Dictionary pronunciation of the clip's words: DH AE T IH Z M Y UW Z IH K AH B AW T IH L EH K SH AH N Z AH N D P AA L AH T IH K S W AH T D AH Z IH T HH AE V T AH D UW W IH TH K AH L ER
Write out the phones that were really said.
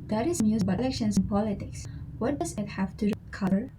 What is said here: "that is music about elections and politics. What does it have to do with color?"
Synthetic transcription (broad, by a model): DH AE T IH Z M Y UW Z B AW IH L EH K SH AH N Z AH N P AA L AH T IH K S W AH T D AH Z IH T HH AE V T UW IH K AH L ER